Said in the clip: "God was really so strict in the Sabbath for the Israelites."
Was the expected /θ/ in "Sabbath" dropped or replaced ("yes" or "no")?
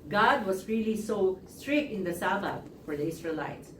yes